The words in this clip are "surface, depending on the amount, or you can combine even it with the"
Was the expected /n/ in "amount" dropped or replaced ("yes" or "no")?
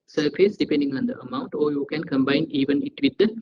no